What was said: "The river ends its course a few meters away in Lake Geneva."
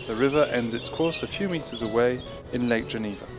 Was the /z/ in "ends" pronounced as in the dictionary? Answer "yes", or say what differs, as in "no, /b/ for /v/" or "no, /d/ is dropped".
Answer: yes